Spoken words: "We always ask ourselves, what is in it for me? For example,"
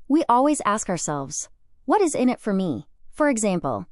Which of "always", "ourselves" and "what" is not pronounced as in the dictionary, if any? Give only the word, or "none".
none